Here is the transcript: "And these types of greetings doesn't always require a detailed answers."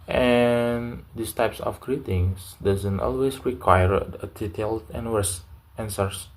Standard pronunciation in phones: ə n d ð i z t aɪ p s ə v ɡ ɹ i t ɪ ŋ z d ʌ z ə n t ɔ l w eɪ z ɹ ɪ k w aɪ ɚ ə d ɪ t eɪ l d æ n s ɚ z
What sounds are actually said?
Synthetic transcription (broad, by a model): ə n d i s t aɪ p s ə f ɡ ɹ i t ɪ ŋ s d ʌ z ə n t ɔ l w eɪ s ɹ ɪ k w aɪ ɚ ə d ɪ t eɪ l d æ n s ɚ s